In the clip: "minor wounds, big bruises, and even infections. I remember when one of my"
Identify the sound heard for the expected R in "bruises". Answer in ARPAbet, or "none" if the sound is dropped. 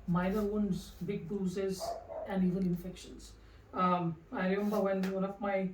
none